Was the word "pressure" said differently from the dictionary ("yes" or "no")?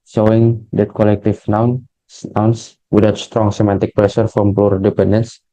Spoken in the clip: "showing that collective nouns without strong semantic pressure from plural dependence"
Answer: yes